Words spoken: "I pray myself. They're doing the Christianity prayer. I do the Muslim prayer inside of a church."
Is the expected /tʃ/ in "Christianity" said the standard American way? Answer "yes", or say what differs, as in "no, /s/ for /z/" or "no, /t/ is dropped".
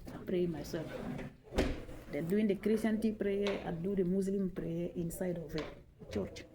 no, /tʃ/ is dropped